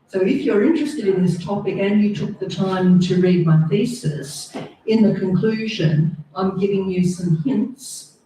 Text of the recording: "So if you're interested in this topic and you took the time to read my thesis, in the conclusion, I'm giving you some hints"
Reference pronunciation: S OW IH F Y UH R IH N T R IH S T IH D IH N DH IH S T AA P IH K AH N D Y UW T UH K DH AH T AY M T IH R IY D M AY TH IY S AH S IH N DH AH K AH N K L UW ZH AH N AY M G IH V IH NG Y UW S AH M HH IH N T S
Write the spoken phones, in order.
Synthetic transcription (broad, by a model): S OW IH F Y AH R IH N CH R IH S T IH D IH N DH IH S T AA P IH K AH N Y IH T UH K DH AH T AY M T IH R IY D M AY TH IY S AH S IH N DH AH K AH N K L UW ZH AH N AY M G IH V IH NG Y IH S AH M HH IH N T S